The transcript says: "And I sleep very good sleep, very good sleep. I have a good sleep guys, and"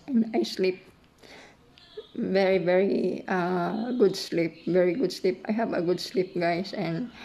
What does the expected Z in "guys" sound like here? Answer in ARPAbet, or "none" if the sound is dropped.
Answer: S